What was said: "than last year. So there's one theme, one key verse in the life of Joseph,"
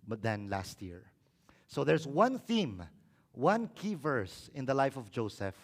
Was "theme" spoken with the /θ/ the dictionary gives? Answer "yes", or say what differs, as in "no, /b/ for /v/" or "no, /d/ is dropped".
yes